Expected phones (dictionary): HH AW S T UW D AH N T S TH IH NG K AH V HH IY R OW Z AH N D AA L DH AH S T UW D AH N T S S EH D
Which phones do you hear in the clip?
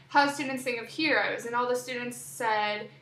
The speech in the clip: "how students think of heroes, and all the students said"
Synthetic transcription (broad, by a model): HH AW S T UW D N T S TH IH NG AH V HH IY R OW Z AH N AA L DH AH S T UW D N T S S EH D